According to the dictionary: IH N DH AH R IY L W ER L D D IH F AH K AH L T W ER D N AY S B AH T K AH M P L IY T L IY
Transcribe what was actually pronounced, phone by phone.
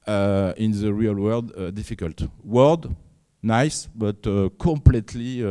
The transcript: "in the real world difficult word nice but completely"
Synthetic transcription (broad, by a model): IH N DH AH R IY L W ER D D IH F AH K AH L T W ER D N AY S B AH T K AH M P L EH T L IY